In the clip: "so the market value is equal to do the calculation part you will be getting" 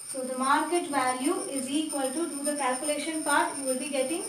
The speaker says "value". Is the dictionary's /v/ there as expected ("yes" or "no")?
yes